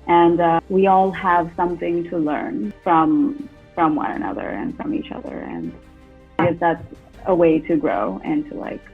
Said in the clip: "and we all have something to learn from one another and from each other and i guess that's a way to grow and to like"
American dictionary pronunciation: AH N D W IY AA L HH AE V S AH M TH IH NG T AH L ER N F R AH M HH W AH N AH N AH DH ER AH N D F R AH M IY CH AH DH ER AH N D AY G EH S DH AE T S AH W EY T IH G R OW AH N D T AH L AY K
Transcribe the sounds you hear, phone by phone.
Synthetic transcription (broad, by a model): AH N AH W IY AA L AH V S AH M TH IH NG T AH L ER N F R AH M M W AH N AH N AH DH ER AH N F R AH M IY CH AH DH ER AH N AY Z DH AE T S AH W EY T IH G R OW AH N T AH L AY K